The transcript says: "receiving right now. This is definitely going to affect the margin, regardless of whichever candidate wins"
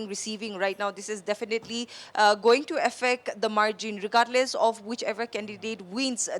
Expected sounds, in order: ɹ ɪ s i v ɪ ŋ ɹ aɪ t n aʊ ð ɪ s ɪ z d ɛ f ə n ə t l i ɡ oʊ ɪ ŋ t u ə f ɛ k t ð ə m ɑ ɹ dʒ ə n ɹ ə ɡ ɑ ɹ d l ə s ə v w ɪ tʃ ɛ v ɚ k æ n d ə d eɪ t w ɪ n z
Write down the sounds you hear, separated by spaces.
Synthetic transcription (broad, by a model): ɹ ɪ s i v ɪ ŋ ɹ aɪ t n aʊ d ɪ s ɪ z d ɛ f ə n ə t l i ɡ oʊ ɪ ŋ t u ə f ɛ k t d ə m ɑ ɹ dʒ ə n ɹ ə ɡ ɑ ɹ d l ə s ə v w ɪ tʃ ɛ v ɚ k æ n d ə d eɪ t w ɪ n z